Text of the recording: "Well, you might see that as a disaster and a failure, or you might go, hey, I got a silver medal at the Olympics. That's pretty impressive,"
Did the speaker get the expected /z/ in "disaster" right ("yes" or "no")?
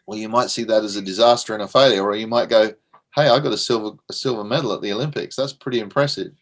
yes